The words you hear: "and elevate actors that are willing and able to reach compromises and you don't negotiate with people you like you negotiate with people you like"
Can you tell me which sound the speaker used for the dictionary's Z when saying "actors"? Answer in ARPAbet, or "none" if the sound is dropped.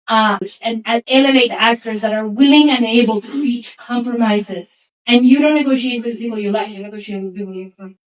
Z